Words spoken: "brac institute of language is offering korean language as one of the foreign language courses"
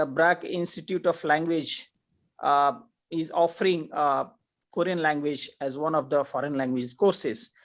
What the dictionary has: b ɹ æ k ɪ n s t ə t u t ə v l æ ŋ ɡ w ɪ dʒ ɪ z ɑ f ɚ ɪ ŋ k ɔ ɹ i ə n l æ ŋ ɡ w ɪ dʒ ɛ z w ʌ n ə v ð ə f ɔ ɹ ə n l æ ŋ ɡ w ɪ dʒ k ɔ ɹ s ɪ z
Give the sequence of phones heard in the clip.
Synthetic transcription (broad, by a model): b ɹ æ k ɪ n s t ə t u t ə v l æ ŋ ɡ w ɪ dʒ ɪ z ɑ f ɚ ɪ ŋ k ɔ ɹ i ə n l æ ŋ ɡ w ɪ dʒ ɛ z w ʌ n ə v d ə f ɔ ɹ ə n l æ ŋ ɡ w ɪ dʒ k ɔ ɹ s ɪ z